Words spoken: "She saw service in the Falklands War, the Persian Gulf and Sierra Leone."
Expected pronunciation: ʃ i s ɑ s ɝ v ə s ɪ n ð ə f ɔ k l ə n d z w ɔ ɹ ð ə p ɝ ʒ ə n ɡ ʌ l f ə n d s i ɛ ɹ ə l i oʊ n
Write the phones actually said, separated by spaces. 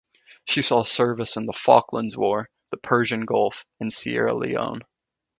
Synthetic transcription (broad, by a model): ʃ i s ɑ s ɝ v ə s ɪ n ð ə f ɔ k l ə n d z w ɔ ɹ ð ə p ɝ ʒ ə n ɡ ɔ l f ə n s i ɛ ɹ ə l i oʊ n